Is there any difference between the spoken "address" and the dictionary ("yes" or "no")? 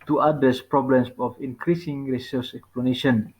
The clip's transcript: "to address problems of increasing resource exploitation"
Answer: yes